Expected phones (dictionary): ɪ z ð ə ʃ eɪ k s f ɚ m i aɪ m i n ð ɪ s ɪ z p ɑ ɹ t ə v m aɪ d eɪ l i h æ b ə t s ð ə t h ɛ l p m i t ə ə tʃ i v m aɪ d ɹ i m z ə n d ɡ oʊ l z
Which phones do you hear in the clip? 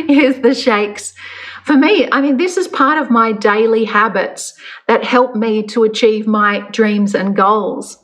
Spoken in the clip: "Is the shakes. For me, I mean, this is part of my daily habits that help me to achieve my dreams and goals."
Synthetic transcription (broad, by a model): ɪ z ð ə ʃ eɪ k s f ɚ m i aɪ m i n ð ɪ s ɪ z p ɑ ɹ t ə v m aɪ d eɪ l i h æ b ə t s ð ə t h ɛ l p m i t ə ə tʃ i v m aɪ d ɹ i m z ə n ɡ oʊ l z